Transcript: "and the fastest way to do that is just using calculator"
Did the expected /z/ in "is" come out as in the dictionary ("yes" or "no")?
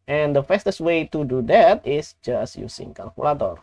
no